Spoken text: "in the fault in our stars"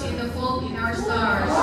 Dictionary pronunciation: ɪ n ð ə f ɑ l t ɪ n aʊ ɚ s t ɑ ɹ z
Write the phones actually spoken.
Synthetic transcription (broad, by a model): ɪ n ð ə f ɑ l ɪ n aʊ ɚ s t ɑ ɹ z